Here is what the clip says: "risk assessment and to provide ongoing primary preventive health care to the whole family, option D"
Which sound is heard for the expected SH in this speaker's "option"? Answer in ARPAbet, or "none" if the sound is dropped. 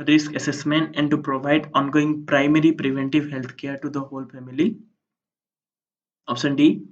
S